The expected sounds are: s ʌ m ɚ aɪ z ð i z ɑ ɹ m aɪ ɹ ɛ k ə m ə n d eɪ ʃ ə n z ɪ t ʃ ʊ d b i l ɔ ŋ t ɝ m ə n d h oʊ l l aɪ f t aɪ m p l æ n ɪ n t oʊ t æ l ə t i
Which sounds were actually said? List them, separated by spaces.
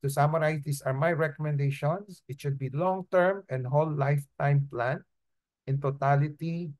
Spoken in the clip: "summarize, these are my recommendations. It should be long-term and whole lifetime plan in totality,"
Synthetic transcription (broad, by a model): s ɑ m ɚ aɪ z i s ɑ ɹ m aɪ ɹ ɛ k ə m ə n d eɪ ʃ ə n s ɪ t ʃ ʊ d b i l ɔ ŋ t ɝ m ə n d h oʊ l l aɪ f t aɪ m p l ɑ n ɪ n t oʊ t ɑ l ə t i